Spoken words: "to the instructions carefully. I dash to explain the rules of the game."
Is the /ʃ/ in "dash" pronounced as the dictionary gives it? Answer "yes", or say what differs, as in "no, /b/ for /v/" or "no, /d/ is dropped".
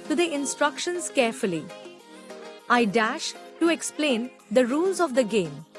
yes